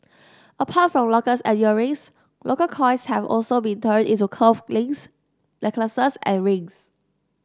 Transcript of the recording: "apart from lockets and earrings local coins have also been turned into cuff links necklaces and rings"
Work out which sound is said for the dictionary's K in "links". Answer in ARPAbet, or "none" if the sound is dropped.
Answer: none